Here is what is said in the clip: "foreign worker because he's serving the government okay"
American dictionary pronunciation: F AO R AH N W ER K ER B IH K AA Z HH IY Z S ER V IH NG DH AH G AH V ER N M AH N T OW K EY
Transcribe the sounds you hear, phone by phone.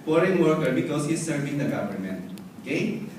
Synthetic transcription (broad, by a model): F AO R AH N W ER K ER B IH K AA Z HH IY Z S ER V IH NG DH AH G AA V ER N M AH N OW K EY